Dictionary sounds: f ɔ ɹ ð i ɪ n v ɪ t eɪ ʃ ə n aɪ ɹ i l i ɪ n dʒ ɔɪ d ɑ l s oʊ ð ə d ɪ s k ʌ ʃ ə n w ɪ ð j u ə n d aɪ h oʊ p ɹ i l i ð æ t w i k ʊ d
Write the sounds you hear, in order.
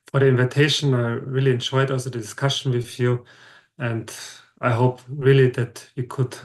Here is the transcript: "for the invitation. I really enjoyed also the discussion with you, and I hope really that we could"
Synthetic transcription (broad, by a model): f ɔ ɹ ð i ɪ n v ɪ t eɪ ʃ ə n aɪ ɹ i l i ɪ n dʒ ɔɪ d ɑ l s oʊ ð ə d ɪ s k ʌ ʃ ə n w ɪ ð j u ə n d aɪ h oʊ p ɹ i l i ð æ t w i k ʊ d